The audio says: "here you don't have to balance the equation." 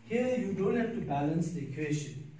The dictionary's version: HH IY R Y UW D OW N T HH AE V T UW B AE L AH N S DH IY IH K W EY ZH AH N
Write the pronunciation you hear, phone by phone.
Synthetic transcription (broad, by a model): HH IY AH Y UW D OW N T HH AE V T UW B AE L AH N S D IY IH K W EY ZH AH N